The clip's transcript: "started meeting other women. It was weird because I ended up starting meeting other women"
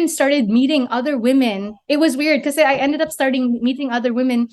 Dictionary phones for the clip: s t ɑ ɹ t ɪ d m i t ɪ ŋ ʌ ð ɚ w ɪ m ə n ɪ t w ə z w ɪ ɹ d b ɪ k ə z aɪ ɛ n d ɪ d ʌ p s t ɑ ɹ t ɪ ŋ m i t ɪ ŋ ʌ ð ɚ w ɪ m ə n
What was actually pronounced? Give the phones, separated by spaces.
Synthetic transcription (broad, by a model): s t ɑ ɹ t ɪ d m i t ɪ ŋ ʌ ð ɚ w ɪ m ə n ɪ t w ə z w ɪ ɹ d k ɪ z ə aɪ ɛ n d ɪ d ʌ p s t ɑ ɹ t ɪ ŋ m i t ɪ ŋ ʌ ð ɚ w ɪ m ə n